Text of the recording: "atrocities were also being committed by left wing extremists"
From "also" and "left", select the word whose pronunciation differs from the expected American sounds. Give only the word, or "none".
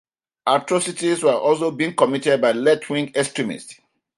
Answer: left